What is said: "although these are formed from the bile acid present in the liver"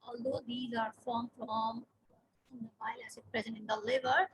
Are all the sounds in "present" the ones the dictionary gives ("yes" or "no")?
yes